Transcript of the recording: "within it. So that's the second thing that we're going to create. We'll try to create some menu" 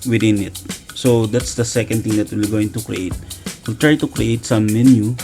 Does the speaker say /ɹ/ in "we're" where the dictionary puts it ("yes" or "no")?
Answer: no